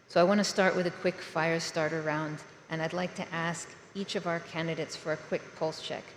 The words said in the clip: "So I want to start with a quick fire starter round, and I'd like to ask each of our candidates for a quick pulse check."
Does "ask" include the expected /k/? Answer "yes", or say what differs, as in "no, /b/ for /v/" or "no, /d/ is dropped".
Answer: yes